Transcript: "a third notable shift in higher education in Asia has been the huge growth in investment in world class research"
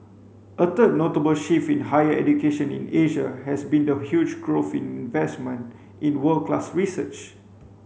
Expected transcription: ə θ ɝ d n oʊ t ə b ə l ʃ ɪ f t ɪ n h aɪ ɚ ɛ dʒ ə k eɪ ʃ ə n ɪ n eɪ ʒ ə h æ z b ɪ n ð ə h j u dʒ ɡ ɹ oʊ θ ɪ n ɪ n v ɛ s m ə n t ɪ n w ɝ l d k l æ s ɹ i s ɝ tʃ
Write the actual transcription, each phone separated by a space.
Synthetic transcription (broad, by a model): ə t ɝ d n oʊ t ə b ə l ʃ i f ɪ n h aɪ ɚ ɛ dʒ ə k eɪ ʃ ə n ɪ n eɪ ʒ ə h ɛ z b ɪ n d ə h j u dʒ ɡ ɹ oʊ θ ɪ n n v ɛ s m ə n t ɪ n w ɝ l k l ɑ s ɹ i s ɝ tʃ